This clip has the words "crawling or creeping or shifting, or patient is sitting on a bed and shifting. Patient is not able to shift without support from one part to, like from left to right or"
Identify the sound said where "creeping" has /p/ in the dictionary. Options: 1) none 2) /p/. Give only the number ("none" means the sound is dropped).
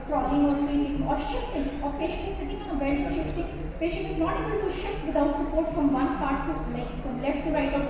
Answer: 1